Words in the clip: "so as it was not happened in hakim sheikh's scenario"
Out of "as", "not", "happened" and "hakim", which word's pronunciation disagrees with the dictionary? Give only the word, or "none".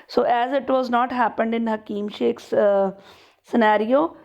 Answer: none